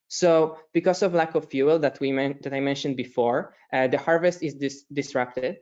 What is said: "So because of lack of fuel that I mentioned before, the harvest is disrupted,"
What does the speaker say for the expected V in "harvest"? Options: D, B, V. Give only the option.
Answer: V